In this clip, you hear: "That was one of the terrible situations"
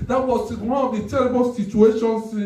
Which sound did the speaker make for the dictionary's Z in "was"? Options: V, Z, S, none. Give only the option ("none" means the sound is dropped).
S